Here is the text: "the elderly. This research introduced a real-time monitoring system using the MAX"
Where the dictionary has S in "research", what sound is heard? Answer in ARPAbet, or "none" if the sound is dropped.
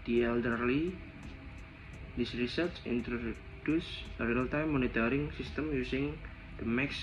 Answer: S